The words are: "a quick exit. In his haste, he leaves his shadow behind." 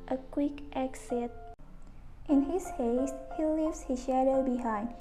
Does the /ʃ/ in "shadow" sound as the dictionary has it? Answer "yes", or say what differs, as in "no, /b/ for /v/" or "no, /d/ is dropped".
yes